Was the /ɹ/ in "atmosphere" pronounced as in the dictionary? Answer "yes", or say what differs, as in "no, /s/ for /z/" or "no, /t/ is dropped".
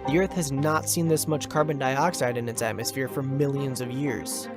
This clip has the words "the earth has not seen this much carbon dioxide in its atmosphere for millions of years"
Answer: yes